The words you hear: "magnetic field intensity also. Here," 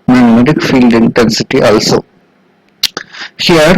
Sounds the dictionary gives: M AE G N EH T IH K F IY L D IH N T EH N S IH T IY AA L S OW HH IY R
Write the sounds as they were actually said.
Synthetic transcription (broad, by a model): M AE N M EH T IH K F IY L D IH N T EH N S IH T IY AA L S OW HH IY R